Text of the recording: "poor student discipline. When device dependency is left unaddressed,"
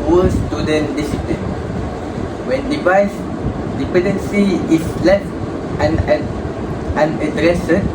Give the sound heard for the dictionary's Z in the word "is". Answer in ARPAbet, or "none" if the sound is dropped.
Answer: S